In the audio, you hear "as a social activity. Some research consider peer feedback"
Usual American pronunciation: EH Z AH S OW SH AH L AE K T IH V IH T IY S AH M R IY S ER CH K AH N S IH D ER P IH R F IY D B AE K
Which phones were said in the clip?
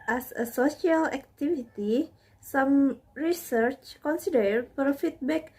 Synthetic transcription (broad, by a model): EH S AH S OW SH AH L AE K T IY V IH T IY S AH M R IY S ER CH K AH N S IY D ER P R F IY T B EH K